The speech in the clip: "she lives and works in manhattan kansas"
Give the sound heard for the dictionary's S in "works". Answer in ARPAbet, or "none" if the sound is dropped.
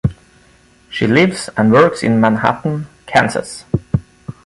S